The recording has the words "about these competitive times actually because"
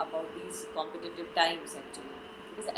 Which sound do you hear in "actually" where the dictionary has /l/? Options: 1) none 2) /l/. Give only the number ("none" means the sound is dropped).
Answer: 1